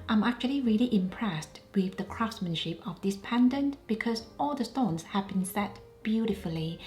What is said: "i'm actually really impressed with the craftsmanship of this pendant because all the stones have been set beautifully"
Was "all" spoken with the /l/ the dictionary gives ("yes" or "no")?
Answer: yes